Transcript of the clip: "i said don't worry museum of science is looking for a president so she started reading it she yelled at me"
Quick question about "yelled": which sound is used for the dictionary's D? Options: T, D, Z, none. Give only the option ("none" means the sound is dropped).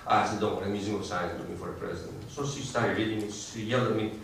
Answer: none